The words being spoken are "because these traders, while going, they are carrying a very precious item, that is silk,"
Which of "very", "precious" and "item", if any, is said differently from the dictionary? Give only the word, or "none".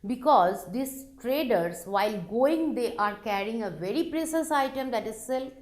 precious